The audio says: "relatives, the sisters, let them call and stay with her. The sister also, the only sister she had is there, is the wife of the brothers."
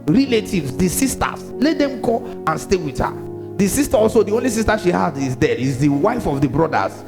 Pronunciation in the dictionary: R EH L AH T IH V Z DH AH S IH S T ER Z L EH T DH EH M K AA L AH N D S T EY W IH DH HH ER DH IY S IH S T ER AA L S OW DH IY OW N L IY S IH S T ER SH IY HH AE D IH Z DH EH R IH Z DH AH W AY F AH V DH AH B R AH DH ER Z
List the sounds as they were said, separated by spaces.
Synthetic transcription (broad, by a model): R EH L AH T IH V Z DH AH S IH S T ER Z L EH T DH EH M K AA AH N S T EY W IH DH HH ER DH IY S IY S T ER AA L S OW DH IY OW N L IY S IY S T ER SH IY HH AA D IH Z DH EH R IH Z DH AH W AY F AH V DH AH B R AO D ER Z